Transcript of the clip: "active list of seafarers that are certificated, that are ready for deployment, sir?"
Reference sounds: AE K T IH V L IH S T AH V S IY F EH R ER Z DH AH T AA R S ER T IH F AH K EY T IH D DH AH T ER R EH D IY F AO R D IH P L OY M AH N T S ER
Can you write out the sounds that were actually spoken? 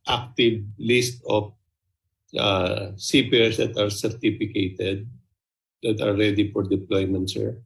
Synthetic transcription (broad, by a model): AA K T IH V L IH S T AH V S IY P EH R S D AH T AA R S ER T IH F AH K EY T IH D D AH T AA R EH D IY F AO R D IH P L OY M AH N T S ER